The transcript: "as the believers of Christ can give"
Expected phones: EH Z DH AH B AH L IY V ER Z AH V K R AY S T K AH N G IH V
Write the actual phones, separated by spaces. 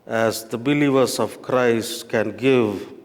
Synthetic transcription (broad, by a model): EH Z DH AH B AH L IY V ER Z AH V K R AY S T K AH N G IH V